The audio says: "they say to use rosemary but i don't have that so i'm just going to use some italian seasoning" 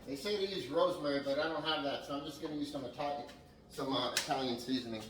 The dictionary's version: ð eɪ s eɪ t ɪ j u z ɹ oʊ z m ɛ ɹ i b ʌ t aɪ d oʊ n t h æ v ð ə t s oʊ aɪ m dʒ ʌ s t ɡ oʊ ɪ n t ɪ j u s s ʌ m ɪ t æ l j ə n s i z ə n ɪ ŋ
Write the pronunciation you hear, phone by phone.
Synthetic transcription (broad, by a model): ð eɪ s eɪ t ɪ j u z ɹ oʊ z m ɛ ɹ i b ʌ t aɪ d oʊ n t h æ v ð ə t s oʊ aɪ m dʒ ʌ s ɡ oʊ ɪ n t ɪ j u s s ʌ m ɪ t æ l j ə n s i z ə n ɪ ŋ